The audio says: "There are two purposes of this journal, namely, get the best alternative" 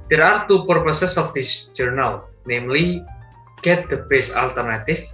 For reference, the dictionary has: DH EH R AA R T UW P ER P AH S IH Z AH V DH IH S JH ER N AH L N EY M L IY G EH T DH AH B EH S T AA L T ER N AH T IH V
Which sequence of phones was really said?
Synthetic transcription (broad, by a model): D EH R AA R T UW P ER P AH S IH S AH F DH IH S JH ER N AH L N EY M L IY G EH T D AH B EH S AA L T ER N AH T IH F